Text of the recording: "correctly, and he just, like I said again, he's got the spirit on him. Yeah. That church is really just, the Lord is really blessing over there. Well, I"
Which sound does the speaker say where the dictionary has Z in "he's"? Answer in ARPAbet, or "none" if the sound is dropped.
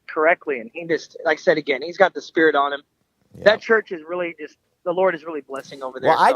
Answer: Z